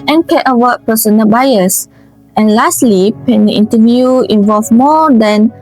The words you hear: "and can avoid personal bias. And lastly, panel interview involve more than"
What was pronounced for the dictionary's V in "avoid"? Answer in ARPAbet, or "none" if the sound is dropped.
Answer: W